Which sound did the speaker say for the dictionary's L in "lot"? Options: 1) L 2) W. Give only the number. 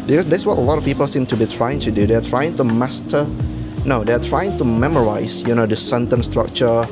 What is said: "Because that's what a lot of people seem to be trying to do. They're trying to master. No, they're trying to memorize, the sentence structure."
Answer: 1